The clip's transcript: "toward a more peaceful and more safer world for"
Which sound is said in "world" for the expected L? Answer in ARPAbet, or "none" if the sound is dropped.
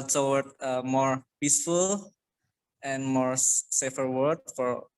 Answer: none